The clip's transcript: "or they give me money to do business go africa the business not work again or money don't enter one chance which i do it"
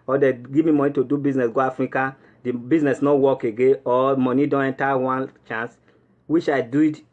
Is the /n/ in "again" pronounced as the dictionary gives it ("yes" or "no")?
no